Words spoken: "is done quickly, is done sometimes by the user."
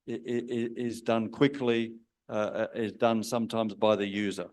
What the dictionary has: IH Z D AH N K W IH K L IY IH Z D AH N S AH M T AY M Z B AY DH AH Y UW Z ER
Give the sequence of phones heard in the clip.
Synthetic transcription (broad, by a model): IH Z D AH N K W IH K L IY IH Z D AH N S AH M T AY M Z B AY DH AH Y UW Z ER